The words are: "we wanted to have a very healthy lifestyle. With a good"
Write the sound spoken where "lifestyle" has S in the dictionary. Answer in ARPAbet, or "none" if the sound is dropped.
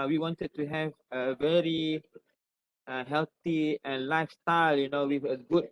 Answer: S